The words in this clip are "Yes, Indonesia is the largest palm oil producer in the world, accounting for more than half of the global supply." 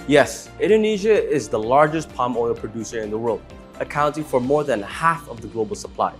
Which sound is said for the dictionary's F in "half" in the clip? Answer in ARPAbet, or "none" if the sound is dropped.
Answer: F